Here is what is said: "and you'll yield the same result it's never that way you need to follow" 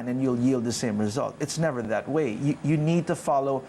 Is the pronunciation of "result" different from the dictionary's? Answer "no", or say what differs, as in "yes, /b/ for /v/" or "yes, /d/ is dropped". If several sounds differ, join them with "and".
no